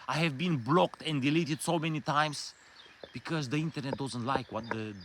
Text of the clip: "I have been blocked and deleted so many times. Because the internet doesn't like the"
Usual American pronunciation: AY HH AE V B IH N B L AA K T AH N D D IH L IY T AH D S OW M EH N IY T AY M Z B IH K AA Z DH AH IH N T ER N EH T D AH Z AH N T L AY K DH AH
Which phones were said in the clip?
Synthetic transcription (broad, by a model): AY HH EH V B IH N B L AA K T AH N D D IH L IY T AH D S OW M EH N IY T AY M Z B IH K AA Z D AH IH N T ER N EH T D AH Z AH N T L AY K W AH